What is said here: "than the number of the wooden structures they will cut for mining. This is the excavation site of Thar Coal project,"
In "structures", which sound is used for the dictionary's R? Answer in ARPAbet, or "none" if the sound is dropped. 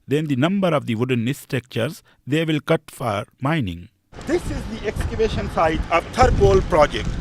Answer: none